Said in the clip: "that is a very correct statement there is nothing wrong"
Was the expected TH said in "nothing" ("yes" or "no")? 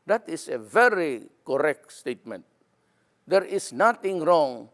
no